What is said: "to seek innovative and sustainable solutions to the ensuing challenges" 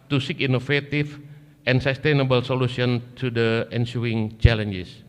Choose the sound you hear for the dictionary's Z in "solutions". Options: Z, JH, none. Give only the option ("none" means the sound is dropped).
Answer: none